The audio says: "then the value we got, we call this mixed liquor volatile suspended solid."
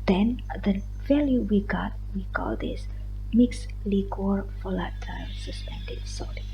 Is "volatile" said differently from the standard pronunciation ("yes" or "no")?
yes